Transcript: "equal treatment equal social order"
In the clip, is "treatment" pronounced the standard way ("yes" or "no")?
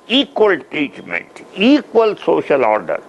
no